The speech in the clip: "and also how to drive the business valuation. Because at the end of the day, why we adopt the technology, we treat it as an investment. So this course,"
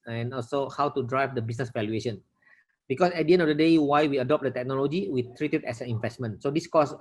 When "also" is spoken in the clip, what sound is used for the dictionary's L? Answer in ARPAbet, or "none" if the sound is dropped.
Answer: L